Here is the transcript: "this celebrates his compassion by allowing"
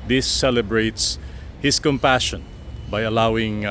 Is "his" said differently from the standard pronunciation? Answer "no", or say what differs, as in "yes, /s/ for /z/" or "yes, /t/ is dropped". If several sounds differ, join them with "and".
yes, /s/ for /z/